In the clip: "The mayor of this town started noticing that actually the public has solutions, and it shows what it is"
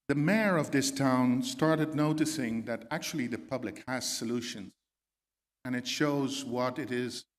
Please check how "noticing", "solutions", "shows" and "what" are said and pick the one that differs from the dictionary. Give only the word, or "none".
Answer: none